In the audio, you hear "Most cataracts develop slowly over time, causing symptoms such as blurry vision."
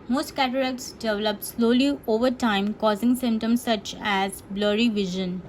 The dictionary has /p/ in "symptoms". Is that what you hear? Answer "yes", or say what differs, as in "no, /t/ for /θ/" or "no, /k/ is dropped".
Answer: no, /p/ is dropped